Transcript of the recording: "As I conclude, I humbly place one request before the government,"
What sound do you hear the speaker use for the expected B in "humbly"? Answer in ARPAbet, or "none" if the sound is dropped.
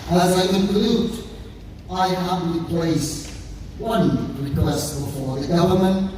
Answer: none